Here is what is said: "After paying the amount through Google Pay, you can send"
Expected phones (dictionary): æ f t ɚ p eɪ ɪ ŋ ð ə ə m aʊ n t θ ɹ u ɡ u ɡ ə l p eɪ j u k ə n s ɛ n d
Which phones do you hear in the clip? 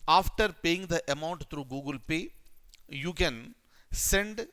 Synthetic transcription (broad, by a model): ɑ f t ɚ p eɪ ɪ ŋ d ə ə m aʊ n t t ɹ u ɡ u ɡ ə l p eɪ j u k ə n s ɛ n d